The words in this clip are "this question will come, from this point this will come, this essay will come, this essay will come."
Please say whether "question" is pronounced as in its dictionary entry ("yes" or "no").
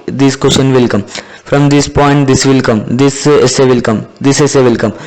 no